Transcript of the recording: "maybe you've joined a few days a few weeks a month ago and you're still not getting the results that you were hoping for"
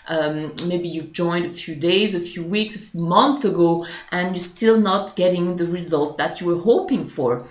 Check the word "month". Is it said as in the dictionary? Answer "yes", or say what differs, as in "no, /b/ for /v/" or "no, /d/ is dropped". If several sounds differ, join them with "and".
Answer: yes